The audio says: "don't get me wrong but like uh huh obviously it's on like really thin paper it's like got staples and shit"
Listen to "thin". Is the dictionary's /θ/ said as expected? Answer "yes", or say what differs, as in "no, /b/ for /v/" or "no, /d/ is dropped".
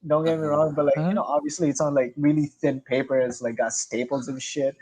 yes